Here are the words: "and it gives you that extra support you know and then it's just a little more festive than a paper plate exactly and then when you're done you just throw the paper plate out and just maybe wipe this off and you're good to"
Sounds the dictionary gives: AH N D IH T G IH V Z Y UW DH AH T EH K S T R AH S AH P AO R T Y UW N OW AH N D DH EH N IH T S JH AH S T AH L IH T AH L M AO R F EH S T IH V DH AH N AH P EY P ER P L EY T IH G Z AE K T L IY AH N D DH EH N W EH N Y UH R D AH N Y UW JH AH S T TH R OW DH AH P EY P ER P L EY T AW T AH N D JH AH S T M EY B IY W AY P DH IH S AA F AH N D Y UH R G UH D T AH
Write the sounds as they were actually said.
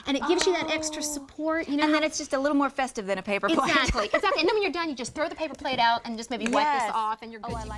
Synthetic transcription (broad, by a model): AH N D IH T G IH V Z Y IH DH AH T EH K S T R AH S AH P AO R T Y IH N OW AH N DH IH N IH T S JH AH S T AH L IH T L M AO R F EH S T IH V DH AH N AH P EY P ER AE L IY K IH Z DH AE T N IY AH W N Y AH R D AH N Y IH JH AH S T TH R OW DH AH P EY P ER P L EY T AW T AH N JH AH S M EY B IY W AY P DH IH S AA F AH N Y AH R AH